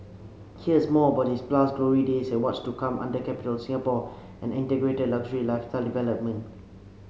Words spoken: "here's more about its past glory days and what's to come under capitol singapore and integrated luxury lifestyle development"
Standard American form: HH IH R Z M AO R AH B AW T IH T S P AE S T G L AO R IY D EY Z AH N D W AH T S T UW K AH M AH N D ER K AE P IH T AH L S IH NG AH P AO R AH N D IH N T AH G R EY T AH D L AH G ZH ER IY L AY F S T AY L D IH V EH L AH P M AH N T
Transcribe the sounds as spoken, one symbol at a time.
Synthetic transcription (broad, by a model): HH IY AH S M AO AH B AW T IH S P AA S G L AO R IY D EY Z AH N W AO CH T UW K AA M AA N D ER K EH P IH T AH L S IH NG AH P AO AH N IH N T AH G R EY T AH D L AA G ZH ER IY L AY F T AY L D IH V EH L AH P M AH N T